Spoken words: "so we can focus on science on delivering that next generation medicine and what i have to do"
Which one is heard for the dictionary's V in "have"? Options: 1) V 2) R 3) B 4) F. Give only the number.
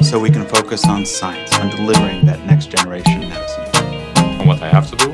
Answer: 4